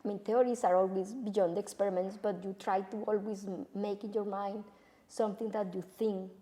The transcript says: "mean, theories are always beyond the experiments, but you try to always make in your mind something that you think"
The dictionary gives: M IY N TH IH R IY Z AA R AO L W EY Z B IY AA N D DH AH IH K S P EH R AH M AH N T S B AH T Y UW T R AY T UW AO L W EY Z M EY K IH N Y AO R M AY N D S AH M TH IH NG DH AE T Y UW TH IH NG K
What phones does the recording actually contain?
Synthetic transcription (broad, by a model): M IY N T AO R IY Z AA R AO L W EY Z B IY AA N D IH K S P EH R AH M AH N T S B AH T Y UW T R AY T UW AO L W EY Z M EY K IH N Y AO R M AY N D S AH M T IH NG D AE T Y UW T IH NG K